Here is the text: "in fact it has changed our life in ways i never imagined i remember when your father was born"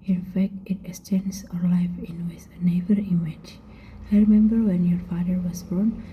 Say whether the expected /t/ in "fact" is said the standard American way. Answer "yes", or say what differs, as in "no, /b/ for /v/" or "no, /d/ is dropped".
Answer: yes